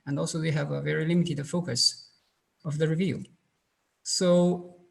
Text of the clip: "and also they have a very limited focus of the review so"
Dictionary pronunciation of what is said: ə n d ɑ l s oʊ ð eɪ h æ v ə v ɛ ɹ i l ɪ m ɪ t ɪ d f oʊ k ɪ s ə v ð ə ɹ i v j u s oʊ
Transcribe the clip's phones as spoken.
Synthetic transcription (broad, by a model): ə n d ɑ l s oʊ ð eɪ h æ v ə v ɛ ɹ i l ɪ m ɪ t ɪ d f oʊ k ɪ s ə v ð ə ɹ i v j u s oʊ